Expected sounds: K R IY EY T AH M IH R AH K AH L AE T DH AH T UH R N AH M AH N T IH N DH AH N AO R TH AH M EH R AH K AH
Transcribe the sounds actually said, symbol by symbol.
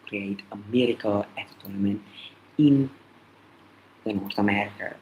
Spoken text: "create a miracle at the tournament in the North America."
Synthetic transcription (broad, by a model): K R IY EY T AH M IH R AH K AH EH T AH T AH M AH N IH N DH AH N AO R T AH M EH R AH K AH